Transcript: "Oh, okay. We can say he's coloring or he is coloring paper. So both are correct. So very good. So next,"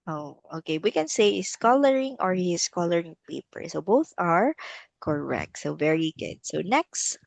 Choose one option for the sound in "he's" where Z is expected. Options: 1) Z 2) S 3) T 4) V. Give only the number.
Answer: 2